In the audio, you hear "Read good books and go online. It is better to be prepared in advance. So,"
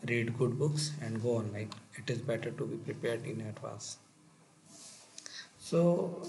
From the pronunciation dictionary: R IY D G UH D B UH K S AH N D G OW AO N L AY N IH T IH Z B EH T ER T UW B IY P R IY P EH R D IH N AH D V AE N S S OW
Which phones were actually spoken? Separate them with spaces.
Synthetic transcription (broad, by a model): R IY D G UH D B UH K S AH N D G OW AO N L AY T IH T IH Z B EH T ER T UW B IY P R IY P EH R D IH N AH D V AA S S OW